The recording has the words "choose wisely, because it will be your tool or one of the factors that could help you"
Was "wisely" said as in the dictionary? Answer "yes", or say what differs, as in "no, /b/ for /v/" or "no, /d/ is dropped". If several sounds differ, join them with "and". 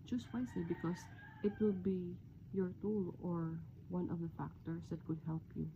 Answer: no, /s/ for /z/